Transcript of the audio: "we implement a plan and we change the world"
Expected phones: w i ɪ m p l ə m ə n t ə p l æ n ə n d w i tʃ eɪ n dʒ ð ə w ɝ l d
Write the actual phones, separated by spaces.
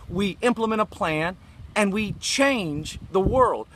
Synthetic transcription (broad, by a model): w i ɪ m p l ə m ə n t ə p l æ n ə n w i tʃ eɪ n dʒ ð ə w ɝ l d